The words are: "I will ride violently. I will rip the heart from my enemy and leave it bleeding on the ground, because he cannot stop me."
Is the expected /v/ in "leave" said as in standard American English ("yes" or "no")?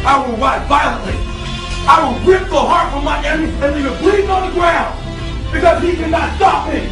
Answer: no